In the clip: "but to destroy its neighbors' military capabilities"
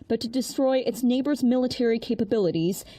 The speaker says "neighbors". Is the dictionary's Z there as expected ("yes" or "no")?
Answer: yes